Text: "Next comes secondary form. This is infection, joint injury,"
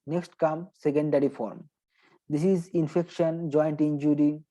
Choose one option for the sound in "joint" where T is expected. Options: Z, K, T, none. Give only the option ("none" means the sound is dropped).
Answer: T